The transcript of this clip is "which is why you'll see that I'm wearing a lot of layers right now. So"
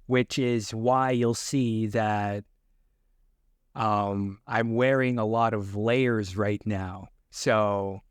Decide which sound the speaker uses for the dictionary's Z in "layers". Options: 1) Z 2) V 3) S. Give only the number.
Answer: 1